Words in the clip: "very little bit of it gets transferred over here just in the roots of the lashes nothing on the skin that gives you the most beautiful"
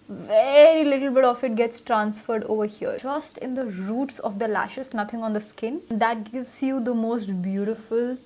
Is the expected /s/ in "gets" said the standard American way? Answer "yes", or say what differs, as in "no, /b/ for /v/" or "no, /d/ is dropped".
yes